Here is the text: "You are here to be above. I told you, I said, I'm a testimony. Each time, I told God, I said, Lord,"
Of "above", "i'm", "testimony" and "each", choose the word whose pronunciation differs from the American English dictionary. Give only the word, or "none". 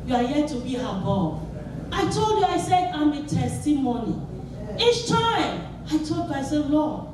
above